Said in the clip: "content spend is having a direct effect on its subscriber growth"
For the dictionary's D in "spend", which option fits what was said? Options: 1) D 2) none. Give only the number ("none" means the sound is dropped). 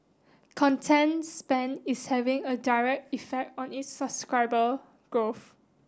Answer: 2